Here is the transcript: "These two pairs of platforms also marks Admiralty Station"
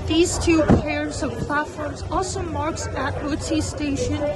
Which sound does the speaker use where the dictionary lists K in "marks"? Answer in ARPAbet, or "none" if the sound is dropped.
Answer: K